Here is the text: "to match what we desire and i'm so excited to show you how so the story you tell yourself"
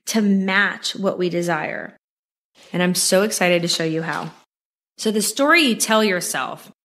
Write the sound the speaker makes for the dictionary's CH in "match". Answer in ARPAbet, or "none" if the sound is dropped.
CH